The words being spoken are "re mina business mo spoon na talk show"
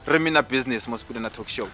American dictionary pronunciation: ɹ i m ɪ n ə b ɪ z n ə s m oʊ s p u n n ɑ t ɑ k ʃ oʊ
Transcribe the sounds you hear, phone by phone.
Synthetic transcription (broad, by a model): ɹ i m ɪ n ə b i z n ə s m oʊ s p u l n ɑ t ɑ k ʃ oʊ